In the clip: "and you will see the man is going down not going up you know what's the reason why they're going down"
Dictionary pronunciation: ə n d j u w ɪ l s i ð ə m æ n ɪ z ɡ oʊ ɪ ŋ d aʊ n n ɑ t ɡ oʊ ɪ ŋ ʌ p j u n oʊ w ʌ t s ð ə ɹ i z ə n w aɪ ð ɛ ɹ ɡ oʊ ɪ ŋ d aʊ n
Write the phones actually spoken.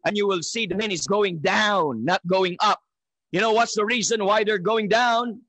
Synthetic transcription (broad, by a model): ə n j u w ɪ l s i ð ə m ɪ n ɪ z ɡ oʊ ɪ ŋ d aʊ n n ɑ t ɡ oʊ ɪ ŋ ʌ p j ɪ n oʊ w ʌ t s ð ə ɹ i z ə n w aɪ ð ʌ ɹ ɡ oʊ ɪ ŋ d aʊ n